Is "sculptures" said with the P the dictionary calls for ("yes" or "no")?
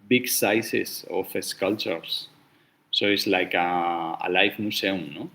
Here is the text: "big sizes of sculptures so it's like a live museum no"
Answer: no